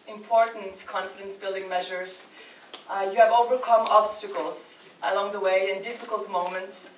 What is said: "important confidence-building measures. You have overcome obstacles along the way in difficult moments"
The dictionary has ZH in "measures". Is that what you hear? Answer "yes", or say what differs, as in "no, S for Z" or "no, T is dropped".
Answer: yes